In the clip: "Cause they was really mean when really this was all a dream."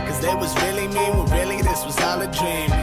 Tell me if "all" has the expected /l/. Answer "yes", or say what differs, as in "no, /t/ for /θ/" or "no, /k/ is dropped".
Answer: yes